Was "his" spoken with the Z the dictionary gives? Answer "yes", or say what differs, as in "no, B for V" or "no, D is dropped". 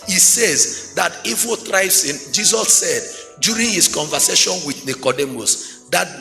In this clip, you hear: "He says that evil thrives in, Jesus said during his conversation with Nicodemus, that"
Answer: no, S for Z